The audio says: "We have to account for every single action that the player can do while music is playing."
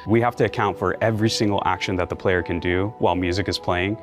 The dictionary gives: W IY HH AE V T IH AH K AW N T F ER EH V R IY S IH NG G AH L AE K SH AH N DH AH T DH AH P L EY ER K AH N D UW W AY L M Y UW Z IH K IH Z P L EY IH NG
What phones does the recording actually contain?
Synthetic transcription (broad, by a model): W IY HH AE F T IH AH K AW N T F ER EH V R IY S IH NG G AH L AE K SH AH N DH AH T DH AH P L EY ER K AH N D UW W AY L M Y UW Z IH K IH Z P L EY IH NG